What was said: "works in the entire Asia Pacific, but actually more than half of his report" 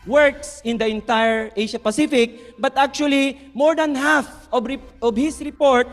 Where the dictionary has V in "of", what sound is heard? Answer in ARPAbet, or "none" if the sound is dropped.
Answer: B